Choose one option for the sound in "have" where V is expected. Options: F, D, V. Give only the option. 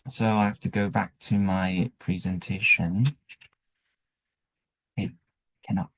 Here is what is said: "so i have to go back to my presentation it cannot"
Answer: F